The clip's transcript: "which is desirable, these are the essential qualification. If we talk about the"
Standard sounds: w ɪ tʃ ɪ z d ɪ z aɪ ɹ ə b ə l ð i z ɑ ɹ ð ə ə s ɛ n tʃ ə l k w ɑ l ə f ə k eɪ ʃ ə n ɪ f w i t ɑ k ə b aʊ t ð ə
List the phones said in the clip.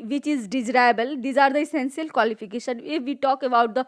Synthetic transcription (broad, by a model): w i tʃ ɪ z d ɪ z ɹ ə b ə l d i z ɑ ɹ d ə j s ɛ n s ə l k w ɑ l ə p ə k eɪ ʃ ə n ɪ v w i t ɑ k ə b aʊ t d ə